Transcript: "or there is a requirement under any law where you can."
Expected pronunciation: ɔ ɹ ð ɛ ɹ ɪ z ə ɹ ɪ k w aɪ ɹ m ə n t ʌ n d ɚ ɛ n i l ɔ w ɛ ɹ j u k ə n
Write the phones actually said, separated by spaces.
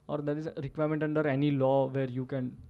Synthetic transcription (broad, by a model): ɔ ɹ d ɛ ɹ ɪ z ɹ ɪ k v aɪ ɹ m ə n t ʌ n d ɚ ɛ n i l ɔ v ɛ ɹ j u k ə n